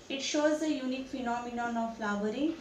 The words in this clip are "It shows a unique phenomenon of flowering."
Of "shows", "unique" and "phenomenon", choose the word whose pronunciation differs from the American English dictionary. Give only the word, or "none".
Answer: none